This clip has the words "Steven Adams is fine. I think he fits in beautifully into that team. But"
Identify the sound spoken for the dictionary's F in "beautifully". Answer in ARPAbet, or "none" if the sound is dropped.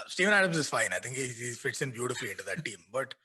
F